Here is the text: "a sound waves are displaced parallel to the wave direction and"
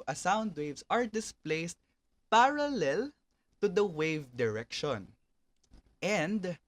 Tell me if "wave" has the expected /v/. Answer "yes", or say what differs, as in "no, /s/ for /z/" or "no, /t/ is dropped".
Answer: yes